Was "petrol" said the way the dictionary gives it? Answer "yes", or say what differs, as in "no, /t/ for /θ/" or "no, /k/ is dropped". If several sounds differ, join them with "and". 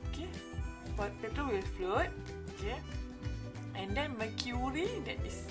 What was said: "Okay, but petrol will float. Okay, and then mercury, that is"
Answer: no, /ɹ/ is dropped